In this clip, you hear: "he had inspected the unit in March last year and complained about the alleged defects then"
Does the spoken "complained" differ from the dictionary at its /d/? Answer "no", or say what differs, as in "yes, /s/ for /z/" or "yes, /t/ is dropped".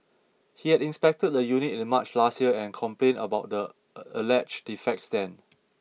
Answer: yes, /d/ is dropped